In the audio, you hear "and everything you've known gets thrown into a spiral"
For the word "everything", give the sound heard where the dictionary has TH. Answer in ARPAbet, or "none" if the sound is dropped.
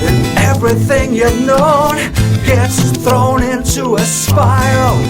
TH